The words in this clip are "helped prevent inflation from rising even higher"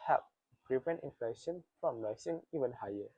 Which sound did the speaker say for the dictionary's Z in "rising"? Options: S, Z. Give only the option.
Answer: S